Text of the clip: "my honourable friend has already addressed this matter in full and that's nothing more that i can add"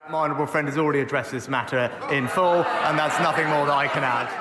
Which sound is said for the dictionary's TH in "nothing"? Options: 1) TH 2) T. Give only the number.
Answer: 1